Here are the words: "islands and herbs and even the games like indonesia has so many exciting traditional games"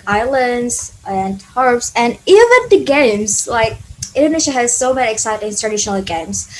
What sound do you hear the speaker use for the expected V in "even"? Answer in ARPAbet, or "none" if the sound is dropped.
V